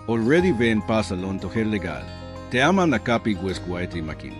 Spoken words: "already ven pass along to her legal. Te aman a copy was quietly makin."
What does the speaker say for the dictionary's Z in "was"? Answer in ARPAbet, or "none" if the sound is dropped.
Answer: S